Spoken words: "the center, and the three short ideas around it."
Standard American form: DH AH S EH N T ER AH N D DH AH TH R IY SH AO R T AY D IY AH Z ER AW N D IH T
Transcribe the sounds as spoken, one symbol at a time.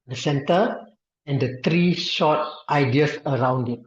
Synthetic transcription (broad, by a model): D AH S EH N T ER AH N D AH T R IY SH AO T T AY D IY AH S ER AW N D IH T